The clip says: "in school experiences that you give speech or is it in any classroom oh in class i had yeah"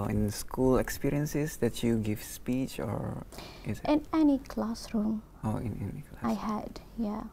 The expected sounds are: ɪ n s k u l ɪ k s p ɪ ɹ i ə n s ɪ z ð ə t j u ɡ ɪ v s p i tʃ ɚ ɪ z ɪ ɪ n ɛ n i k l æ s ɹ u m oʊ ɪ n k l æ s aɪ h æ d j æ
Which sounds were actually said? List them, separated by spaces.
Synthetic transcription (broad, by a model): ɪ n s k u l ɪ k s p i ɹ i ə n s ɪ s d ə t j u ɡ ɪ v s p i tʃ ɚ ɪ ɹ ɪ ɪ n ɛ n i k l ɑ s ɹ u m oʊ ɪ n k l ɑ aɪ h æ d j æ